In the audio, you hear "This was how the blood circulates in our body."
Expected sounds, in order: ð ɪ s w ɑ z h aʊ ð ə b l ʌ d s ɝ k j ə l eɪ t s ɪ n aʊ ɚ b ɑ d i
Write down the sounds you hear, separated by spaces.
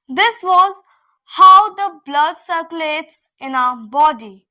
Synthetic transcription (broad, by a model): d ɪ s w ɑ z h aʊ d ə b l ʌ d s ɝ k j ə l eɪ t s ɪ n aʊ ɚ b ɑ d i